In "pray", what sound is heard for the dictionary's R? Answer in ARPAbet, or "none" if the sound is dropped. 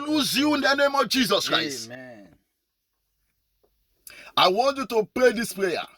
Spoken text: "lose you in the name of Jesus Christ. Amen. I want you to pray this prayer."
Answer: R